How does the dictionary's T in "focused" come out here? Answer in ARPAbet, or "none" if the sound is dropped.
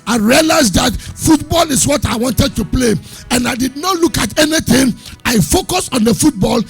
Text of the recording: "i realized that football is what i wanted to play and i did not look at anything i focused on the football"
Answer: none